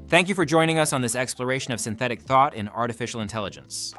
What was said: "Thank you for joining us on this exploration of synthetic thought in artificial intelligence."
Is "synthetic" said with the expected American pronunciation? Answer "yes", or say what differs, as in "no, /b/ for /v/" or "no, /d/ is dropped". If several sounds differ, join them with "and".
yes